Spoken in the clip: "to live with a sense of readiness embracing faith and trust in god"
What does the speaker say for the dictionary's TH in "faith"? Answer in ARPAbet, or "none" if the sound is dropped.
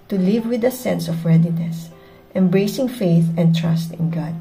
TH